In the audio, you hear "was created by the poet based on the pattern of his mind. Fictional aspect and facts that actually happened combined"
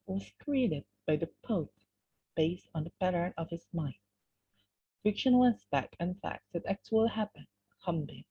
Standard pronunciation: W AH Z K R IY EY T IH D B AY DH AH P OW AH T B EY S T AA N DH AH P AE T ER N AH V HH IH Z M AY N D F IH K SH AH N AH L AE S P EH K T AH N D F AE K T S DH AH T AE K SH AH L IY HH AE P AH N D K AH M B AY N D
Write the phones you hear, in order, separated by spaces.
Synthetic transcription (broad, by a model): W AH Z K R IY EY T IH D B AY DH AH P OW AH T B EY S T N DH AH B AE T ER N AH V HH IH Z M AY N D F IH K SH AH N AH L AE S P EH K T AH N F AE K T S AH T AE K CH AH L HH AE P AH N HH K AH M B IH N